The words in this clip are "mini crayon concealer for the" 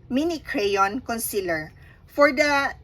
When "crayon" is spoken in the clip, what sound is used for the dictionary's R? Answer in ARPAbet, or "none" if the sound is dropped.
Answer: R